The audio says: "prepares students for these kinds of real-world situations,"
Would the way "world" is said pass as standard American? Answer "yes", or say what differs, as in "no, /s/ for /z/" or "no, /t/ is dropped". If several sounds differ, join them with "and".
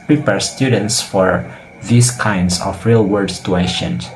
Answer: no, /l/ is dropped